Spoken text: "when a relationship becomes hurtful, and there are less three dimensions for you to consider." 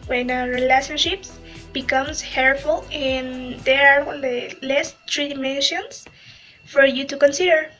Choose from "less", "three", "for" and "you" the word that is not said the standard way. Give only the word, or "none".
three